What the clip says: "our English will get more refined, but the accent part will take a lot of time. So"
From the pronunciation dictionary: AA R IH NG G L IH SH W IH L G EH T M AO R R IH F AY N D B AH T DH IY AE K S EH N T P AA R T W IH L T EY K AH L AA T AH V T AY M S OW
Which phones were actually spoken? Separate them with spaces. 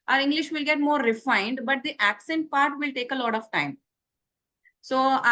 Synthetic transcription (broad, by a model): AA R IH NG G L IH SH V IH L G EH T M AO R R IH F AY N D B AH T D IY AE K S EH N T P AA R T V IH L T EY K AH L AA T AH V T AY M S OW